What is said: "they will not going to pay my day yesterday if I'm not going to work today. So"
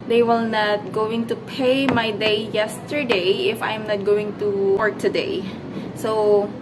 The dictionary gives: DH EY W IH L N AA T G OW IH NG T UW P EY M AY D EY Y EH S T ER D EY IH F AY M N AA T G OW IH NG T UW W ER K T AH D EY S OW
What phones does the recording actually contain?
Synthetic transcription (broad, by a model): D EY W IH L N AA T G OW IH NG T UW P EY M AY D EY Y EH S T ER D EY IH F AY M N AA T G OW IH NG T UW W ER K T AH D EY S OW